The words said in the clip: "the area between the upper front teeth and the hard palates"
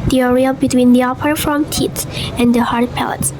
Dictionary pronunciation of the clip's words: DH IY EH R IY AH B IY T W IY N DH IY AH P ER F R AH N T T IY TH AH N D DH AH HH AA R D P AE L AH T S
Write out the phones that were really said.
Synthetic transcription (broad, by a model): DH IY EH R IY AH B IY T W IY N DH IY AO P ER R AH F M T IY S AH N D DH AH HH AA R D P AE L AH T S